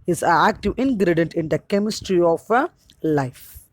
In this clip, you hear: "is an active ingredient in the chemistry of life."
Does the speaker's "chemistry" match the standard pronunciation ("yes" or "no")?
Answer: yes